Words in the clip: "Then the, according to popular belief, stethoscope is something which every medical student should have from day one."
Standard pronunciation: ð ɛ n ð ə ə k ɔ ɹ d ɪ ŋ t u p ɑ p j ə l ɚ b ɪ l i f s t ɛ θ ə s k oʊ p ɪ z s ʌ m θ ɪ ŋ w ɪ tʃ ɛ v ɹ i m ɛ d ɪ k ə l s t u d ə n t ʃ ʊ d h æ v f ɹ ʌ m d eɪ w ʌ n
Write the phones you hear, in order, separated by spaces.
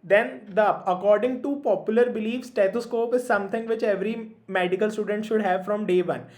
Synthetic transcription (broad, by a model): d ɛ n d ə ə k ɔ ɹ d ɪ ŋ t u p ɑ p j ə l ɚ b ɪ l i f s t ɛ t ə s k oʊ p ɪ z s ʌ m t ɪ ŋ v ɪ tʃ ɛ v ɹ i m ɛ d ɪ k ə l s t u d ə n t ʃ ʊ d h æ v f ɹ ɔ m d eɪ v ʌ n